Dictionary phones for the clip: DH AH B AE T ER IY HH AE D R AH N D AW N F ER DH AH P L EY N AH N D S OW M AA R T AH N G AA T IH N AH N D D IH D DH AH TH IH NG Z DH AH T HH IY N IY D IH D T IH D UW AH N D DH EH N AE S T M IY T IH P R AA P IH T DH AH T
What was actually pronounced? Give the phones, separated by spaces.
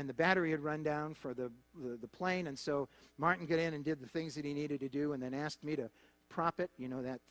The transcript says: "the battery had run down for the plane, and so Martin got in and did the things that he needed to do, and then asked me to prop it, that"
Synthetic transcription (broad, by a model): DH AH B AE T ER IY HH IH D R AH N D AW N F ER DH AH P L EY N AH N S OW M AA R T N G AA T IH N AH N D D IH D DH AH TH IH NG Z DH AH T HH IY N IY D IH D T IH D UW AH N DH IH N AE S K M IY T IH P R AA P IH T DH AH T